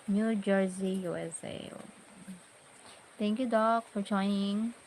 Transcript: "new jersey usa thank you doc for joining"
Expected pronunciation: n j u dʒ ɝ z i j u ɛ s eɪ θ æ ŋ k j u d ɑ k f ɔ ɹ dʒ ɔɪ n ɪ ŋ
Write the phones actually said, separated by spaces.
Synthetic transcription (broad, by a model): n j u dʒ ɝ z i j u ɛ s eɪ t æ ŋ k j u d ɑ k f ɔ ɹ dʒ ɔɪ n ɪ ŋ